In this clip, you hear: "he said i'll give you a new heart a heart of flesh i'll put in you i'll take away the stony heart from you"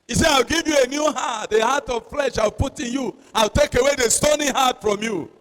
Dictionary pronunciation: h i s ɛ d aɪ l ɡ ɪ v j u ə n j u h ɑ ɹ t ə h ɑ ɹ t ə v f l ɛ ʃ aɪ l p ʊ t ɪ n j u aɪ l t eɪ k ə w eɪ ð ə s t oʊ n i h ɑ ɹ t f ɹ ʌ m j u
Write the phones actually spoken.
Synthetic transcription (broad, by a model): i s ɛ aɪ w ɡ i v j u ə n j u h ɑ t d ə h ɑ t ə v f l ɛ ʃ aɪ w p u t ɪ n j u aɪ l t eɪ k ə w eɪ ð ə s t oʊ n i h ɑ t f ɹ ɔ m j u